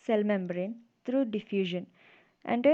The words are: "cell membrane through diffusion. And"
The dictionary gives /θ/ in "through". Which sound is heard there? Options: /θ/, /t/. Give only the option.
/t/